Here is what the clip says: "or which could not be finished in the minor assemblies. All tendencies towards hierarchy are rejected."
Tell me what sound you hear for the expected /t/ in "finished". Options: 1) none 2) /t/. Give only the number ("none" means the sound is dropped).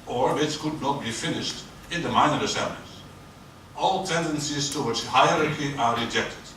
2